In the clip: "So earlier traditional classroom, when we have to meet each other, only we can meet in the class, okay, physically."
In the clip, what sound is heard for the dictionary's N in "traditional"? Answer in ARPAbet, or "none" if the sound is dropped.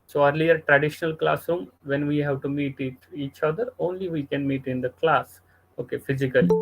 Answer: N